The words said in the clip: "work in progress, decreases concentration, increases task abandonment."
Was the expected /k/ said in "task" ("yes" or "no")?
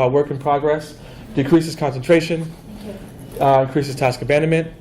yes